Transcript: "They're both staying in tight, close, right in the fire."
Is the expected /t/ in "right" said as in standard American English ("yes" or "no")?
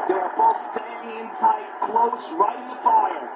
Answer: no